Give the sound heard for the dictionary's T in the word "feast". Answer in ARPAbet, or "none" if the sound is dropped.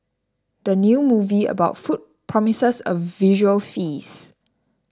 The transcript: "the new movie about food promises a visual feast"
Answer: none